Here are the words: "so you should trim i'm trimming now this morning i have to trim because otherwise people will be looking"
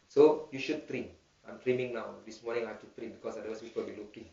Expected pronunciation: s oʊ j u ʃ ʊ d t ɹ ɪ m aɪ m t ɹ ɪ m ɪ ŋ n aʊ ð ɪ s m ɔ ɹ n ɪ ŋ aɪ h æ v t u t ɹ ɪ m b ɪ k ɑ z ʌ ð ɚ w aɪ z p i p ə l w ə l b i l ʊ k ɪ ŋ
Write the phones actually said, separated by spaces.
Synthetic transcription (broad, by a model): s oʊ j u ʃ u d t ɹ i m aɪ m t ɹ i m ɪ ŋ n aʊ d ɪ s m ɔ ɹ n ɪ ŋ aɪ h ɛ f t u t ɹ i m b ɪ k ɑ s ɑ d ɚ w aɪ s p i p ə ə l b i l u k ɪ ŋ